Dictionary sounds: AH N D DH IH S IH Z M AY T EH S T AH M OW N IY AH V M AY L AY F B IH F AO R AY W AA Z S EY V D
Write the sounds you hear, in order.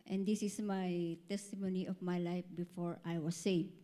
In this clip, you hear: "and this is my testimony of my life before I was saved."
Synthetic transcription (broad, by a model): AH N D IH S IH S M AY T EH S T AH M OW N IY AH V M AY L AY F B IH F AO R AY W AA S EY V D